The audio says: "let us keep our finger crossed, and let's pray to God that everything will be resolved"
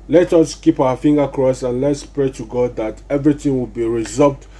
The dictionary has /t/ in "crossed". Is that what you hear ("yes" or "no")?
no